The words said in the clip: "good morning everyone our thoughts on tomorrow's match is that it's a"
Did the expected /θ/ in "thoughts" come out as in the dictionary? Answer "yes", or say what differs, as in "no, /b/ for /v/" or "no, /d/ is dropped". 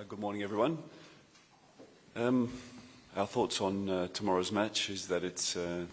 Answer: yes